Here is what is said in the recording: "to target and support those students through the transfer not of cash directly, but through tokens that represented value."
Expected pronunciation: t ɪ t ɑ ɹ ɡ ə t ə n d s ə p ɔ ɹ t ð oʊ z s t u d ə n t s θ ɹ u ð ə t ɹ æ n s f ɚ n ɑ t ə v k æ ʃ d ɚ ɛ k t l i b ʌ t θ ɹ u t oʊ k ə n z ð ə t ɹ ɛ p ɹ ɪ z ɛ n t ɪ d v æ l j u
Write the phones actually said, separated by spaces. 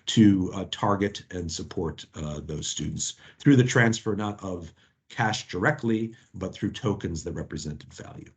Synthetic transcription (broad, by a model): t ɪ t ɑ ɹ ɡ ə t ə n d s ə p ɔ ɹ t ð oʊ z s t u d n t s θ ɹ u ð ə t ɹ æ n s f ɚ n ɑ t ə v k æ ʃ d ɚ ɛ k t l i b ʌ t θ ɹ u t oʊ k ə n z ð ə t ɹ ɛ p ɹ ɪ z ɛ n t ɪ d v æ l j u